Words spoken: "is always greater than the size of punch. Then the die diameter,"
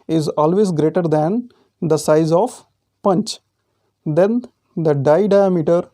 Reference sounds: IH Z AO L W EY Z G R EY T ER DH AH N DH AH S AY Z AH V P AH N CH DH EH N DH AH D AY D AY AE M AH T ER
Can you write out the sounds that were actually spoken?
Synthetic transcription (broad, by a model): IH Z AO L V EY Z G R EY T ER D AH N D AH S AY Z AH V P AH N CH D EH N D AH D AY D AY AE M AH T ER